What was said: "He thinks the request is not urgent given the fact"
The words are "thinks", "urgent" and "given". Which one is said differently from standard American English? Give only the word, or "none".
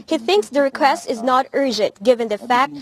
none